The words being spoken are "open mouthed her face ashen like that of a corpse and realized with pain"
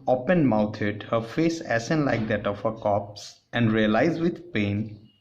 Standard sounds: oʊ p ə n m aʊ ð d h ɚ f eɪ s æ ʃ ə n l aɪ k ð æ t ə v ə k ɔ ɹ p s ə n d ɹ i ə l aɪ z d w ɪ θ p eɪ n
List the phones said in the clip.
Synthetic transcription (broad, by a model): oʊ p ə n m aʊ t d h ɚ f eɪ s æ s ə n l aɪ k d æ t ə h ə k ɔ p s ə n d ɹ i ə l aɪ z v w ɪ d p eɪ n